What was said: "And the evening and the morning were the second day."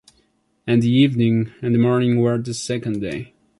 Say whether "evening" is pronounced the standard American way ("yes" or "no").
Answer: yes